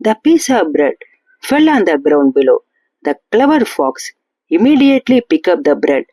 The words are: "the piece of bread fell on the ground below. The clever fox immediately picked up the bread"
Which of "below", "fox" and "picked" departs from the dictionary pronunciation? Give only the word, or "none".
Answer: picked